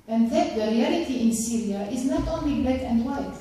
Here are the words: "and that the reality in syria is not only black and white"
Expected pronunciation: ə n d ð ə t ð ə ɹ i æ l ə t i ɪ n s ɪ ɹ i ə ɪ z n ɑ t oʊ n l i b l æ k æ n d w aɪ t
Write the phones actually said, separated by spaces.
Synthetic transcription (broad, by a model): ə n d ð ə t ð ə ɹ i æ l ə t i ɪ n s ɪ ɹ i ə ɪ z n ɑ t oʊ n l i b æ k æ n d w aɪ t